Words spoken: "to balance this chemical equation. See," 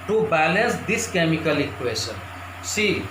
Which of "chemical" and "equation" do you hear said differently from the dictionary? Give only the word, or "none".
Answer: equation